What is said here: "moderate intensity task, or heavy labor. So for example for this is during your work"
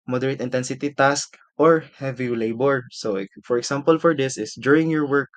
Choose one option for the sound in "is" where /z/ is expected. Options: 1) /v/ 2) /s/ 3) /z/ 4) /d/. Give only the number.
2